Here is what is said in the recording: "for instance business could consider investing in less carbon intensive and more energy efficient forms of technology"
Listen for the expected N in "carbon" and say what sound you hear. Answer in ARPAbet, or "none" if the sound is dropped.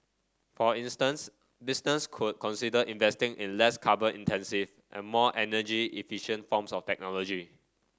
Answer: none